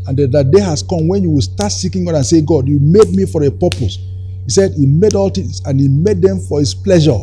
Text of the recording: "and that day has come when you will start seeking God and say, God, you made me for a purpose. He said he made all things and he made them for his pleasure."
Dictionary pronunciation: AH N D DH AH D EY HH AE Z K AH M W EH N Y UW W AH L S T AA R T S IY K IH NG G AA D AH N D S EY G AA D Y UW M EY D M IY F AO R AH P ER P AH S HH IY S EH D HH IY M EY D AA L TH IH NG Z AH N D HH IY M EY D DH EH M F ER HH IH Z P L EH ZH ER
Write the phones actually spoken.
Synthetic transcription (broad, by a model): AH N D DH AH D EY HH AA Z K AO M W EH N Y UW W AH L S T AA T S IY K IH NG G AA D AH N S EY G AA D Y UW M EY D M IY F AO R AH P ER P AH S HH IY S EH D HH IY M EY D AA L T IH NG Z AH N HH IY M EY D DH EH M F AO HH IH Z P L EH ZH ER